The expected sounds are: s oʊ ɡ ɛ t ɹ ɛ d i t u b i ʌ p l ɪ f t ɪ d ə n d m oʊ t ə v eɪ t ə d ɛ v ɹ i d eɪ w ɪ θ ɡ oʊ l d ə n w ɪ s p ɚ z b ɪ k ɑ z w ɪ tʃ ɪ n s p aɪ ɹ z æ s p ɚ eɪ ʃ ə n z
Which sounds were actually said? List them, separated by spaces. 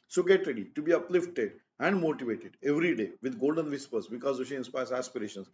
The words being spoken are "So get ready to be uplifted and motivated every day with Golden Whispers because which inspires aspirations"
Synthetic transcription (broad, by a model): s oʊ ɡ ɛ t ɹ ɛ d i t u b i ʌ p l ɪ f t ɪ d ə n d m oʊ t ə v eɪ t ə d ɛ v ɹ i d eɪ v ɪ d ɡ oʊ l d ə n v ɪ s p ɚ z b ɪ k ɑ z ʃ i ɪ n s p aɪ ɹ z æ s p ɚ eɪ ʃ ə n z